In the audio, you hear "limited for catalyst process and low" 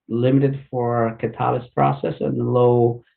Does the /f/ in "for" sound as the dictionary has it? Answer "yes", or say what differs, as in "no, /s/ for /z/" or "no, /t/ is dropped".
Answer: yes